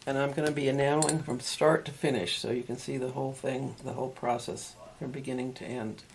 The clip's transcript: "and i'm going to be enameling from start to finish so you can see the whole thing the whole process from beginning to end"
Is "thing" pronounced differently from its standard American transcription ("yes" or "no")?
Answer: no